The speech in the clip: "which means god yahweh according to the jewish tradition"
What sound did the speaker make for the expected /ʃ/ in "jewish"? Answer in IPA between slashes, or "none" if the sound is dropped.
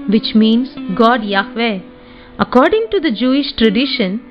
/ʃ/